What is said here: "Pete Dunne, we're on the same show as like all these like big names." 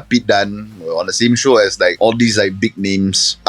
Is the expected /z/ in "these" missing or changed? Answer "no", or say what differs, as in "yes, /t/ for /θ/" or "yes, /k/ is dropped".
yes, /s/ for /z/